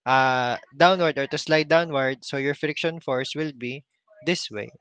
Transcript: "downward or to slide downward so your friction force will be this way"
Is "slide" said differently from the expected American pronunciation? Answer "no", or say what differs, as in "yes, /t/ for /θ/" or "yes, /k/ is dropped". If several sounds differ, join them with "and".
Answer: no